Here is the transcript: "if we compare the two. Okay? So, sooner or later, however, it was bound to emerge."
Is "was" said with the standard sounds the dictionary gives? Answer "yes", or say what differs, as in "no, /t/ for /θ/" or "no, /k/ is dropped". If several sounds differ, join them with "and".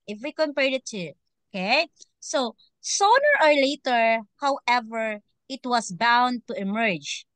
no, /s/ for /z/